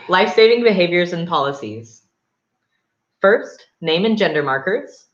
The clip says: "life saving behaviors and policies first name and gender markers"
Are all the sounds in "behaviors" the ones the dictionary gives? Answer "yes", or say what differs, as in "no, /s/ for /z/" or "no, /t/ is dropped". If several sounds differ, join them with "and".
yes